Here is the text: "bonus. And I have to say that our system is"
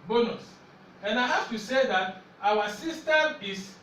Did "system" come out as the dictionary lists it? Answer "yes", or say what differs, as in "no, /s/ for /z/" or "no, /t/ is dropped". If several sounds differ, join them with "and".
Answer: no, /m/ is dropped